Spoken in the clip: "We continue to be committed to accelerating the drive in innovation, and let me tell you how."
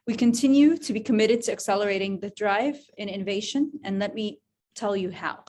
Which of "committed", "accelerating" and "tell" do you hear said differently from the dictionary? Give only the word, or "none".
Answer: none